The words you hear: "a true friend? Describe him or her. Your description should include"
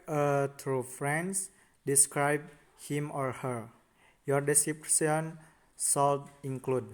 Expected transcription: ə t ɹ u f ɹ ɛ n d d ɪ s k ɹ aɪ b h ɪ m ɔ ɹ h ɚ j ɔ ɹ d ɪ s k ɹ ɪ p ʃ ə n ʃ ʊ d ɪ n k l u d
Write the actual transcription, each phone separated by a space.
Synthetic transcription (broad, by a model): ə t ɹ u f ɹ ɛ n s d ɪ s k ɹ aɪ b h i m ɔ ɹ h ɚ j ɔ ɹ d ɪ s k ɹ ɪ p s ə n s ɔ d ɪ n k l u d